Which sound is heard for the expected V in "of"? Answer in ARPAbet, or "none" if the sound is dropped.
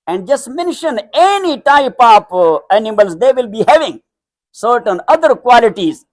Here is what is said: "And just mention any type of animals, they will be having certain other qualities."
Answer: P